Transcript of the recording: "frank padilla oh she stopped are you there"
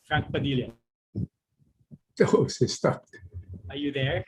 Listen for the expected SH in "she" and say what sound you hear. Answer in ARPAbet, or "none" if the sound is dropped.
S